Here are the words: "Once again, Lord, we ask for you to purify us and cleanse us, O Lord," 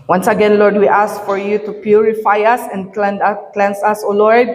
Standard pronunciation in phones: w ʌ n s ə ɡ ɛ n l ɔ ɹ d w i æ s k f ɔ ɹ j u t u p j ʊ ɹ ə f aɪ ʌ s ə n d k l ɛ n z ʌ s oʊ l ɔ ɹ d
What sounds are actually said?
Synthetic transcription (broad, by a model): w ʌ n s ə ɡ ɛ n l ɔ ɹ d w i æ s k f ɔ ɹ j u t u p j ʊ ɹ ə f aɪ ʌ s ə n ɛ k l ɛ n s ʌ s oʊ l ɔ ɹ d